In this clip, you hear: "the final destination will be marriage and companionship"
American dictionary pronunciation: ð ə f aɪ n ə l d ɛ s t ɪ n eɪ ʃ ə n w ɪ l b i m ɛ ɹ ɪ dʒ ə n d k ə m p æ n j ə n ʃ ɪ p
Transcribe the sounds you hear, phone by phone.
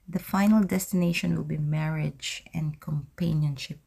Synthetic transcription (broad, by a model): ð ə f aɪ n ə l d ɛ s t ɪ n eɪ ʃ ə n w ɪ l b i m ɛ ɹ ɪ dʒ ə n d k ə m p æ n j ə n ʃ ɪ p